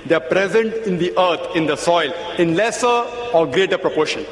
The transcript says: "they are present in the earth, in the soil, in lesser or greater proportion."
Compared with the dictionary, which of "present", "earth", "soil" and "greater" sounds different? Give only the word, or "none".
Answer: earth